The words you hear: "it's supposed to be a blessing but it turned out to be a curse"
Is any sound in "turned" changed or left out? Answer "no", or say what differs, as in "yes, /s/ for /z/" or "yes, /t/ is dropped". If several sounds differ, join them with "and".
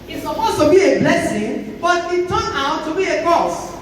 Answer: yes, /d/ is dropped